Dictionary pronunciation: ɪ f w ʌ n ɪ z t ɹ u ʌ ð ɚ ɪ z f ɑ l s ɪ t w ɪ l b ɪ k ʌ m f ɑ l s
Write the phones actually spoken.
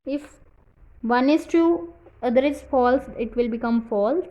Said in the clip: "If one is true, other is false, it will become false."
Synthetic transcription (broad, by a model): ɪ f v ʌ n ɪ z t u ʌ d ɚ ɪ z f ɑ l s ɪ t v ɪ l b ɪ k ʌ m f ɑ l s